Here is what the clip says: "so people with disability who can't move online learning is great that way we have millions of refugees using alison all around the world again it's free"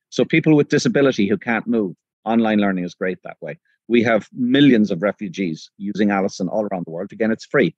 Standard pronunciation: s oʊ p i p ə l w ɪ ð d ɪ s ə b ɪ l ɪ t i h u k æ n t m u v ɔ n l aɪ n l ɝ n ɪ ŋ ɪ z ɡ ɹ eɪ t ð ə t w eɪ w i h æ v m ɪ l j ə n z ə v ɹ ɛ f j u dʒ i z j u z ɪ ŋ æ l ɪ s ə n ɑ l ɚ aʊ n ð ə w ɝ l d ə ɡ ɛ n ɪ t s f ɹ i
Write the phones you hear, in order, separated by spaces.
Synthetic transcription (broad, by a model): s oʊ p i p ə l w ɪ ð d ɪ s ə b ɪ l ɪ t i h u k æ n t m u v ɔ n l aɪ n l ɝ n ɪ ŋ ɪ z ɡ ɹ eɪ t ð ə t w eɪ w i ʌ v m ɪ l j ə n z ə v ɹ ɛ f j u dʒ i z j u z ɪ ŋ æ l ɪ s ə n ɑ l ɚ aʊ n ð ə w ɝ l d ə ɡ ɛ n ɪ t s f ɹ i